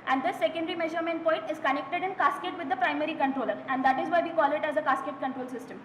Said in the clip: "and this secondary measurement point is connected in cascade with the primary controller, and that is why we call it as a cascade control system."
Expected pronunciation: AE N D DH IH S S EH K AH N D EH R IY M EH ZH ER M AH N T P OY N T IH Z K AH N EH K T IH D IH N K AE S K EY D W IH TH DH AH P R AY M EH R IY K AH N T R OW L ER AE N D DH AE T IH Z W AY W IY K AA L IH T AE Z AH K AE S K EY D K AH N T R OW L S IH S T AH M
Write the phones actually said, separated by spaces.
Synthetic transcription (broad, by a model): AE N D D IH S S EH K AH N D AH R IY M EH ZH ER M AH N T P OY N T IH Z K AH N EH K T IH D IH N K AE S K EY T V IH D AH P R AY M EH R IY K AH N T R OW L ER AE N D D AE T IH Z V AY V IY K AA L IH T AE Z AH K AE S K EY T K AH N T R OW L S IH S T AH M